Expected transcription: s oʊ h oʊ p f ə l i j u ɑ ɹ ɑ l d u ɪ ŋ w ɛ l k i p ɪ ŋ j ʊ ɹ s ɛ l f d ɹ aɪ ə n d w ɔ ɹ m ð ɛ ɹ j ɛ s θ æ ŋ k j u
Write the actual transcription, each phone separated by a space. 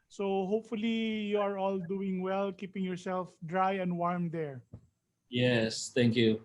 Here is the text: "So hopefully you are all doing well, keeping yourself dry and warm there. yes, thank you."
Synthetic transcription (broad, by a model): s oʊ h oʊ p f ə l i j u ɑ ɹ ɑ l d u ɪ ŋ w ɛ l k i p ɪ ŋ j ʊ ɹ s ɛ l f d ɹ aɪ ə n d w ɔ ɹ m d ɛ ɹ j ɛ s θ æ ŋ k j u